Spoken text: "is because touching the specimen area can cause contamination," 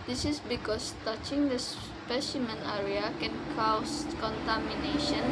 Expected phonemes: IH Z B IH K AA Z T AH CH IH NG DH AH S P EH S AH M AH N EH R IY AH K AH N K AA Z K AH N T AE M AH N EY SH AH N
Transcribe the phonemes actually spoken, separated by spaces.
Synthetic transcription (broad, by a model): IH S B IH K AA S T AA CH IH NG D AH S P EH S AH M AH N EH R IY AH K AH N K AA S K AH N T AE M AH N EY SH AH N